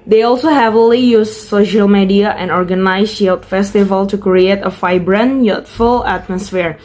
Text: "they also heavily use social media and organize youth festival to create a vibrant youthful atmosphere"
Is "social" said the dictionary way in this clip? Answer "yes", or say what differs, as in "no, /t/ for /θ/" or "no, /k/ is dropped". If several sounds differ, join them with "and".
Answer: yes